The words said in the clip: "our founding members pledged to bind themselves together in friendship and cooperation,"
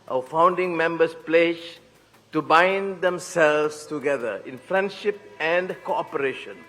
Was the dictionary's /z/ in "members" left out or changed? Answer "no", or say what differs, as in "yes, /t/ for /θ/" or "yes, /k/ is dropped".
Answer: yes, /s/ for /z/